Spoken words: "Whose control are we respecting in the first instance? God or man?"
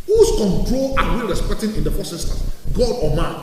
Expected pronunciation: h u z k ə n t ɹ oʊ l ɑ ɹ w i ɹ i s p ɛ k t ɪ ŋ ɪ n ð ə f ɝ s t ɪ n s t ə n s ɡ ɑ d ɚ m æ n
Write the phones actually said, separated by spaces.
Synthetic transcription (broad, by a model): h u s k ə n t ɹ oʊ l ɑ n w i ɹ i s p ɛ k t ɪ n ɪ n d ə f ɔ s ɪ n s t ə ɡ ɑ d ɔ m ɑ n